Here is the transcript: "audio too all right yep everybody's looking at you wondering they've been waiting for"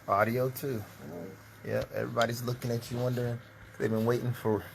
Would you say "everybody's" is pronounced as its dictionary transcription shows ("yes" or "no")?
yes